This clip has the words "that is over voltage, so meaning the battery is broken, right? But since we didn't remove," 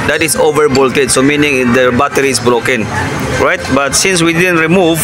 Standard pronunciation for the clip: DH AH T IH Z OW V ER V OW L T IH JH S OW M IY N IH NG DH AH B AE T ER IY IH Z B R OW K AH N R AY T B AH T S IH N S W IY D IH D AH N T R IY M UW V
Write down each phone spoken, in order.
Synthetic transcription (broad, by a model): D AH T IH S OW V ER B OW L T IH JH S OW M IY N IH NG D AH B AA T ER IY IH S B R OW K AH N R AY T B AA T S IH N S W IY D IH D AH N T R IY M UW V